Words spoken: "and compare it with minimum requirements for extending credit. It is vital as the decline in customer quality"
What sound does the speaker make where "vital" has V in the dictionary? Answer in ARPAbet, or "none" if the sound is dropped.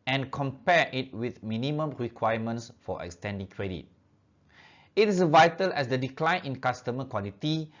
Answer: V